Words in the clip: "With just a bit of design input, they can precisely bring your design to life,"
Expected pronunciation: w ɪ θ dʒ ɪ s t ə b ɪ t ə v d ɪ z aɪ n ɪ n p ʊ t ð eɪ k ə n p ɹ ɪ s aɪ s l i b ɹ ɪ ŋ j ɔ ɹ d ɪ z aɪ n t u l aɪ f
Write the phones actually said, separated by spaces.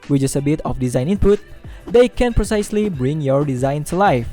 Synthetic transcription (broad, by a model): w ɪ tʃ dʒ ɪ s ə b ɪ t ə f d ɪ z aɪ n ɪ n p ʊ t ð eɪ k ə n p ɹ ɪ s aɪ s l i b ɹ ɪ ŋ j ɔ ɹ d ɪ z aɪ n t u l aɪ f